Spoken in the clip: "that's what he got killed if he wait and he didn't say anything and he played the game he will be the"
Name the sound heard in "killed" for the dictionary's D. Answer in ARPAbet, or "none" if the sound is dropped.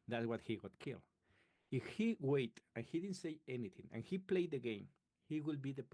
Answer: none